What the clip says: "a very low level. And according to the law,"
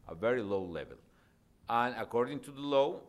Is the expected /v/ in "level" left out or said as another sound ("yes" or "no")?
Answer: no